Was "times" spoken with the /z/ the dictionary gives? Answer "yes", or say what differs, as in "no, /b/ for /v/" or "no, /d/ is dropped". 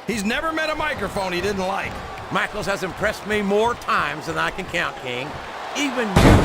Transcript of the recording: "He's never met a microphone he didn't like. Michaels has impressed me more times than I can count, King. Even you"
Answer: yes